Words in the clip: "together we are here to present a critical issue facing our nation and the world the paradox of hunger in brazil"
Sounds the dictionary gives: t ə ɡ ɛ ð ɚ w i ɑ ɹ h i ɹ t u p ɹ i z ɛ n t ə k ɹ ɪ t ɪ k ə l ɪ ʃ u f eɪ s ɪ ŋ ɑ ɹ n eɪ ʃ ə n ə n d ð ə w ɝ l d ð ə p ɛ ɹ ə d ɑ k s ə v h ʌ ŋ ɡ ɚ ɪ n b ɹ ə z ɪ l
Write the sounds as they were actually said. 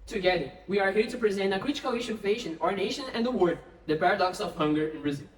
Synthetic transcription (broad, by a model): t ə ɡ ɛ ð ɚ w i ɑ ɹ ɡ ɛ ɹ t u p ɹ i z ɛ n t ə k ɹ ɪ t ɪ k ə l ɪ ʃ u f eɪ ʃ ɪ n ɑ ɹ n eɪ ʃ ə n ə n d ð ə w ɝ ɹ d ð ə p ɛ ɹ ə d ɑ k s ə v h ʌ ŋ ɡ ɚ ɪ n b ɹ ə z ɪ l